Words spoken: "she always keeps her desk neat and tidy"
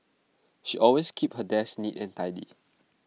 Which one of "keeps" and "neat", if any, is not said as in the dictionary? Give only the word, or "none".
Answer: keeps